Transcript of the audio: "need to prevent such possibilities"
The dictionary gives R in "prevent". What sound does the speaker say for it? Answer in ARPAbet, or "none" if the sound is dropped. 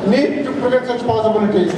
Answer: none